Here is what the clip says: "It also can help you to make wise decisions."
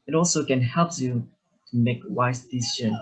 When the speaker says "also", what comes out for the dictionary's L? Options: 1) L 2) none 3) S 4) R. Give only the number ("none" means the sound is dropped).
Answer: 1